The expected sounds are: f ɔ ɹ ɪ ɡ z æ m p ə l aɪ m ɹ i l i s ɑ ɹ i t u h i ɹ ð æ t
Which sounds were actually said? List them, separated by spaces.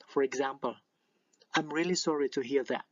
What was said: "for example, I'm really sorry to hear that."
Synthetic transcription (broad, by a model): f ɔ ɹ ɪ ɡ z æ m p ə l aɪ m ɹ i l i s ɑ ɹ i t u h i ɹ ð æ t